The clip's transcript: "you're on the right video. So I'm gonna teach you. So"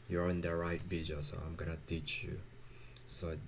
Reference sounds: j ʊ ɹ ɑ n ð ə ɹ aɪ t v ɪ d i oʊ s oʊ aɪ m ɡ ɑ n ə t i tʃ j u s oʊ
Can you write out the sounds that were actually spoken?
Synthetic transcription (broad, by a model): j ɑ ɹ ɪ n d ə ɹ aɪ t b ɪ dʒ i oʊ s oʊ aɪ m ɡ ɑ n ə t i tʃ j u s oʊ